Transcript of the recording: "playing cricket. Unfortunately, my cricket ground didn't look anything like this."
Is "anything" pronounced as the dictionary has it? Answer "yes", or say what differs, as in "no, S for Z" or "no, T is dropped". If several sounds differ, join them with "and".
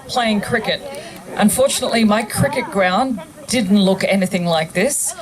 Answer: yes